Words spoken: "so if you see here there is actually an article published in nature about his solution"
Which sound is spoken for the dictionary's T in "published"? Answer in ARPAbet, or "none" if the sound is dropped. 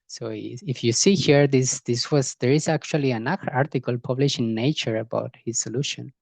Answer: none